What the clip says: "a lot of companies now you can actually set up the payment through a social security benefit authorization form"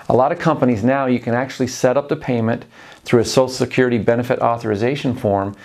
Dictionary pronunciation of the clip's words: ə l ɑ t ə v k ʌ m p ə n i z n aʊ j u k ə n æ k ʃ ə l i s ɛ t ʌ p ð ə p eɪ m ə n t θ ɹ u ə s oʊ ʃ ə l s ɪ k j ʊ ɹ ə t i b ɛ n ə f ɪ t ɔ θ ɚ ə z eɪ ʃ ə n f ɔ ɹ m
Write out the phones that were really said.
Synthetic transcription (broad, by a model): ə l ɑ t ə v k ʌ m p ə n i z n aʊ j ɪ k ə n æ k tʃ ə l i s ɛ t ʌ p ð ə p eɪ m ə n θ ɹ u ə s oʊ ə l s ɪ k j ʊ ɹ ə t i b ɛ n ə f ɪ t ɔ θ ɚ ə z eɪ ʃ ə n f ɔ ɹ m